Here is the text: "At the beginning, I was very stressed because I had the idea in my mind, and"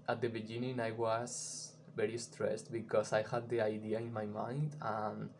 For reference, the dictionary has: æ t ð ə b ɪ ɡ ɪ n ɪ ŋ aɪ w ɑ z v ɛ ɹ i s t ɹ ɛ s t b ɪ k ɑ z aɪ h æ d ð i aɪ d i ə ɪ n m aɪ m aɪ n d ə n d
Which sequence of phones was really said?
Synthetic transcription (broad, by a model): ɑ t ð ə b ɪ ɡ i n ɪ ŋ aɪ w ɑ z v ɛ ɹ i s t ɹ ɛ s t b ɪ k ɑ s aɪ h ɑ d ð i aɪ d i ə ɪ n m aɪ m aɪ n d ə n